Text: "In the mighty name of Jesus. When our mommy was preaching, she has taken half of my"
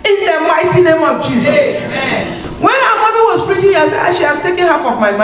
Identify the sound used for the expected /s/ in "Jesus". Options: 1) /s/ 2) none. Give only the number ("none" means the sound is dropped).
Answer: 2